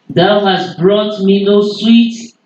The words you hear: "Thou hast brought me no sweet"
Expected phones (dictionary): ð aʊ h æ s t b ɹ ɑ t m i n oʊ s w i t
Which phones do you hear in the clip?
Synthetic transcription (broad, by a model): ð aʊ h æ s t b ɹ ɑ t m i n oʊ s w i t